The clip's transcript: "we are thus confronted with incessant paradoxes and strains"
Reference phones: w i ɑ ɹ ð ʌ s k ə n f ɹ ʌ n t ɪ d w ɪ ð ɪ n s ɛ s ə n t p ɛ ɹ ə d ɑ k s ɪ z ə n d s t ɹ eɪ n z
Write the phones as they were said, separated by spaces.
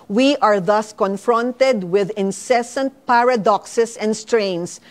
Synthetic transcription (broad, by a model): w i ɑ ɹ ð ʌ s k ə n f ɹ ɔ n t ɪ d w ɪ ð ɪ n s ɛ s ə n t p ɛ ɹ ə d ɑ k s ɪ s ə n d s t ɹ eɪ n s